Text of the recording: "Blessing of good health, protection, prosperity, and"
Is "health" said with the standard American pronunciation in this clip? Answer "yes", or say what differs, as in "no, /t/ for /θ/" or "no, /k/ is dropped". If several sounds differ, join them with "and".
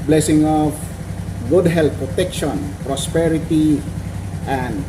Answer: no, /t/ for /θ/